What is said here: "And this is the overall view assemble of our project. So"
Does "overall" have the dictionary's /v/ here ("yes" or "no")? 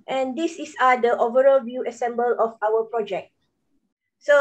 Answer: yes